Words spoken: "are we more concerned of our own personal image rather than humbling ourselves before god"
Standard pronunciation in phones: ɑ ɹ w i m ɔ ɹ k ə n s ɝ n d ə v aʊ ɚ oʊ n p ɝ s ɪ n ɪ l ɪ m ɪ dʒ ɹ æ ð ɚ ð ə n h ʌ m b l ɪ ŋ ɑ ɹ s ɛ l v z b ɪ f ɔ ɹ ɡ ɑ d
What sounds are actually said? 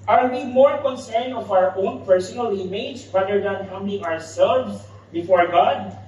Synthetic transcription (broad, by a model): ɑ ɹ w i m ɔ ɹ k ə n s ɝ n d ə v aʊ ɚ oʊ n p ɝ s ɪ n ɪ l ɪ m ɪ dʒ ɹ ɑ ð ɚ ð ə n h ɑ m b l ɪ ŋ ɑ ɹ s ɛ l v s b ɪ f ɔ ɹ ɡ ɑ d